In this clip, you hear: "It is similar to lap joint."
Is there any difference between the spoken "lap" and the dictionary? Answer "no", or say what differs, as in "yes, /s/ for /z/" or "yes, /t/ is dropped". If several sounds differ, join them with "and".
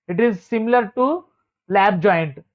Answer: yes, /b/ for /p/